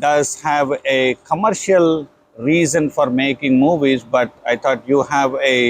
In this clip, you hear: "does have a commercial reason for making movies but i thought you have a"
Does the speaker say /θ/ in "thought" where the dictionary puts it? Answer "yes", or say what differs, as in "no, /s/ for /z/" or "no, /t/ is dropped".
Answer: no, /t/ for /θ/